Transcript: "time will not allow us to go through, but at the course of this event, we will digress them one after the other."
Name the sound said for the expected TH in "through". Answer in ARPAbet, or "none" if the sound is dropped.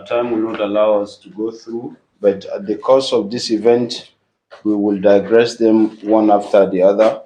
TH